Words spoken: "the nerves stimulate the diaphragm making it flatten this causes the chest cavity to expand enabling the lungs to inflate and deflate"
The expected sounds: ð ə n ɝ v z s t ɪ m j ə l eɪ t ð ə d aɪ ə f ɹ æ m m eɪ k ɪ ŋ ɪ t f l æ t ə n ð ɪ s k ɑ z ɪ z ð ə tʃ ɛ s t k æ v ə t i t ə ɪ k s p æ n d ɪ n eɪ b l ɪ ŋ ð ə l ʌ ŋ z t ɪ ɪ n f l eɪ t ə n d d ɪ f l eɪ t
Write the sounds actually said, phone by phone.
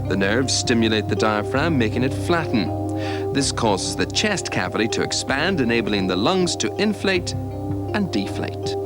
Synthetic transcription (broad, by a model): ð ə n ɝ v z s t ɪ m j ə l eɪ t ð ə d aɪ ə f ɹ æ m m eɪ k ɪ ŋ ɪ t f l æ t n ð ɪ s k ɑ z ɪ z ð ə tʃ ɛ s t k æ v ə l i t ə ɪ k s p æ n d ɪ n eɪ b l ɪ ŋ ð ə l ʌ ŋ z t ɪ ɪ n f l eɪ t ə n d d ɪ f l eɪ t